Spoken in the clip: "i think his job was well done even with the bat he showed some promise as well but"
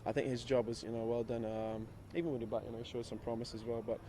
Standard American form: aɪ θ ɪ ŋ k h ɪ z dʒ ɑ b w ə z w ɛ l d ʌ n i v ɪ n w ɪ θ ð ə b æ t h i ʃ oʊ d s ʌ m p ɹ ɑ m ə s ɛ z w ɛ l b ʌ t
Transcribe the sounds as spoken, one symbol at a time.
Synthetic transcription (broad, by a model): aɪ θ ɪ ŋ k h ɪ z dʒ ɑ b w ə z w ɛ l d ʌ n i v ɪ n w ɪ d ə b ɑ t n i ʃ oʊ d s ʌ m p ɹ ɑ m ə s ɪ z w ɛ l b ʌ t